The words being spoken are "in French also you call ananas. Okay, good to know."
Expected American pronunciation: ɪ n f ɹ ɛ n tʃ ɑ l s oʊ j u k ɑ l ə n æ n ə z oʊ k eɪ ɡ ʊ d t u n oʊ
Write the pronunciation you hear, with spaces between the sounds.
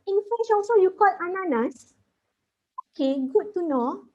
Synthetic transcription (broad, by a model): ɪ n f ɛ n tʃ ɑ l s oʊ j u k ɑ l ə n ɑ n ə s oʊ k eɪ ɡ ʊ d t u n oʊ